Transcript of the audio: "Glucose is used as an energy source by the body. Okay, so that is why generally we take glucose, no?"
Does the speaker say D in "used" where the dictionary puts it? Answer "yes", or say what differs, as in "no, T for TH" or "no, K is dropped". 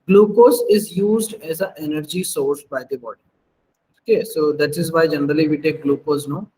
yes